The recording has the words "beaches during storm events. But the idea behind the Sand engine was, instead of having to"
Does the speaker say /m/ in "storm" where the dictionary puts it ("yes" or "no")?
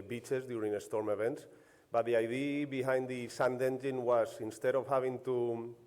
yes